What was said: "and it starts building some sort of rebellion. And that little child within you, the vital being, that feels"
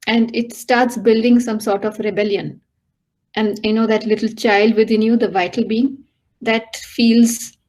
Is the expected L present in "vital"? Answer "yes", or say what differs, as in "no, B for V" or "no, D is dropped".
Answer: yes